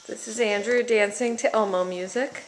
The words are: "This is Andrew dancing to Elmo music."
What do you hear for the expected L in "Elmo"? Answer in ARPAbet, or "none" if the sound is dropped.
L